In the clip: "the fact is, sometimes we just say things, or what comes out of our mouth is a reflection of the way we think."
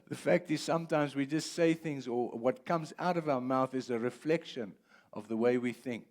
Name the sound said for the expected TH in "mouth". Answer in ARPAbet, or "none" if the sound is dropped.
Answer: TH